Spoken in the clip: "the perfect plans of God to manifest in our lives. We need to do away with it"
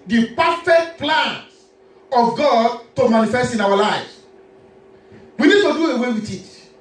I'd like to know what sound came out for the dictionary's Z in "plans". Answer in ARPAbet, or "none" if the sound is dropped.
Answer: none